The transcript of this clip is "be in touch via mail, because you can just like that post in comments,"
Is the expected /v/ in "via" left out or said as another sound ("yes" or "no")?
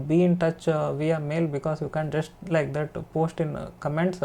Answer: no